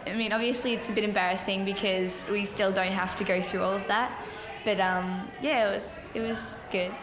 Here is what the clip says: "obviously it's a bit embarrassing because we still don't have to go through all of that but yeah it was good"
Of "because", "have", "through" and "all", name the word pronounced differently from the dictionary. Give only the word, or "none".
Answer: have